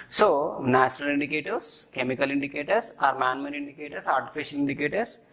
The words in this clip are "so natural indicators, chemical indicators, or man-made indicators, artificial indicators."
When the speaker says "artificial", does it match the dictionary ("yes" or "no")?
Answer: no